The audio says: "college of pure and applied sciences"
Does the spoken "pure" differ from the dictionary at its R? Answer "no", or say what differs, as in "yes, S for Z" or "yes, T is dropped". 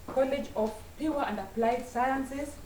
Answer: yes, W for R